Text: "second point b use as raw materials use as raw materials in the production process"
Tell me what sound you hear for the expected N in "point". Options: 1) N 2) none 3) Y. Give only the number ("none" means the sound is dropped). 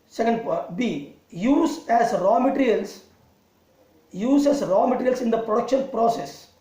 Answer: 2